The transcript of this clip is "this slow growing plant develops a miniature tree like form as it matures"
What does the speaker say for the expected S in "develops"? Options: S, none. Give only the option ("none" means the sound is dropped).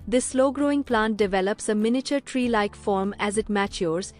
S